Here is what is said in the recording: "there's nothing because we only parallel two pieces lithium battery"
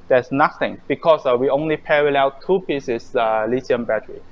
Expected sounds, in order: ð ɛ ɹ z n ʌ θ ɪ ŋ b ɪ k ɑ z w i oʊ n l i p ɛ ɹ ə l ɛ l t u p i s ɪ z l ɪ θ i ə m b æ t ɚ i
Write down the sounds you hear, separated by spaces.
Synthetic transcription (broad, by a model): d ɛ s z n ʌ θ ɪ ŋ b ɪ k ɑ s w i oʊ n l i p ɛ ɹ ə l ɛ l t u p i s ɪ s l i s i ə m b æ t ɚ i